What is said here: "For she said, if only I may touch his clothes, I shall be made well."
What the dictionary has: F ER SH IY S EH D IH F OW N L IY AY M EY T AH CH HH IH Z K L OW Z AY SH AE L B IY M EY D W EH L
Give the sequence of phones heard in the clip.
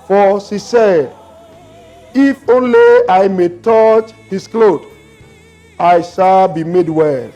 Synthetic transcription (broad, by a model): F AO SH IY S EH D IH F OW N L IY AY M EY T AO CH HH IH S K L OW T AY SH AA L B IY M EY D W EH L